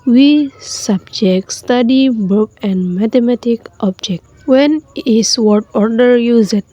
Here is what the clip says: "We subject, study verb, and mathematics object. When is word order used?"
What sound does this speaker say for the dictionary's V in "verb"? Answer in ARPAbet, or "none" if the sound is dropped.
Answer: B